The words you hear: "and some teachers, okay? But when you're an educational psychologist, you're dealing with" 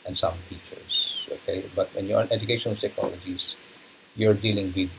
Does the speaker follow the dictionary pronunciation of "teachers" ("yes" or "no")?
no